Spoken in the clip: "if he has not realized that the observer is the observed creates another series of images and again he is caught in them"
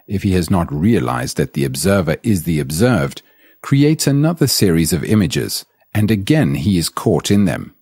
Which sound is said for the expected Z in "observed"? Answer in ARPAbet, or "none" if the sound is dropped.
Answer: Z